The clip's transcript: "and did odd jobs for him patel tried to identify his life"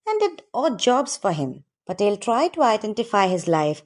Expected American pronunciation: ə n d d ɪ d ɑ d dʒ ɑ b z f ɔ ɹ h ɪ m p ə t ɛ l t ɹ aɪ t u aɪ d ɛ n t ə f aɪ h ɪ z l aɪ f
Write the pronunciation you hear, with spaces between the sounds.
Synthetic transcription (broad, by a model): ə n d d ɪ d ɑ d dʒ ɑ b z f ɔ ɹ h ɪ m b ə t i l t ɹ aɪ t u aɪ d ɛ n t ə f aɪ h ɪ z l aɪ f